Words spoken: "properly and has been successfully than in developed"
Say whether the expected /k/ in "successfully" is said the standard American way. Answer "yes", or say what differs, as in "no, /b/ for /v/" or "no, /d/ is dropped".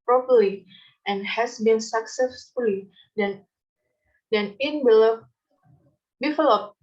yes